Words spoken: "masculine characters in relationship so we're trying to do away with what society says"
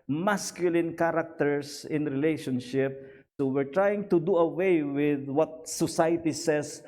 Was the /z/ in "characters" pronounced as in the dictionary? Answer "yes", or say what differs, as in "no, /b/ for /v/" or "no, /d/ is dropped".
no, /s/ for /z/